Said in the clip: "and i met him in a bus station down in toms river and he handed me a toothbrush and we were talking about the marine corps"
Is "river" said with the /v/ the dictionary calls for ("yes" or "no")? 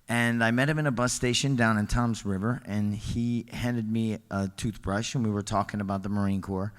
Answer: yes